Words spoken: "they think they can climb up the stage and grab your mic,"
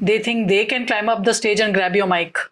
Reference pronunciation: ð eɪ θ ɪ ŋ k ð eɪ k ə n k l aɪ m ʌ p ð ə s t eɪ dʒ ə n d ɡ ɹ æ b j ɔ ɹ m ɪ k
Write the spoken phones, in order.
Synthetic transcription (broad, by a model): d eɪ t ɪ ŋ k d eɪ k ə n k l aɪ m ʌ p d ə s t eɪ dʒ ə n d ɡ ɹ æ b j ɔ m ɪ k